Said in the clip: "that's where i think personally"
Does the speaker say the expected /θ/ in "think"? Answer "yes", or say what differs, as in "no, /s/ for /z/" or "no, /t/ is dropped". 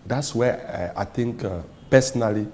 no, /t/ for /θ/